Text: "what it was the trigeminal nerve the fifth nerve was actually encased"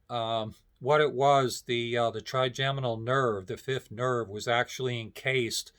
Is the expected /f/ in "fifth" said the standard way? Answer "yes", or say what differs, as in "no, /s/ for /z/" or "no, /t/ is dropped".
yes